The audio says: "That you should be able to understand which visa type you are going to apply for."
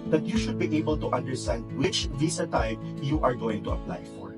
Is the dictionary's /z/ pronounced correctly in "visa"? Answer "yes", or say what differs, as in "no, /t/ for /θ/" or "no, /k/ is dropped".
no, /s/ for /z/